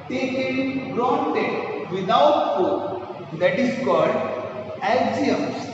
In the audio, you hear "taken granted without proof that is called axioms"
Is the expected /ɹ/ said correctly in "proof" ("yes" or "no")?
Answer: no